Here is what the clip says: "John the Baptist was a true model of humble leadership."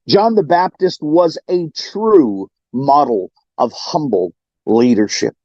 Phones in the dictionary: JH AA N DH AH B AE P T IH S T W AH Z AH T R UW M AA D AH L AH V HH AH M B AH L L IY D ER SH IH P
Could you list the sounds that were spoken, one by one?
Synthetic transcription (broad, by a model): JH AA N DH AH B AE P T IH S T W AH Z AH T R UW M AA D L AH V HH AH M B L L IY D ER SH IH P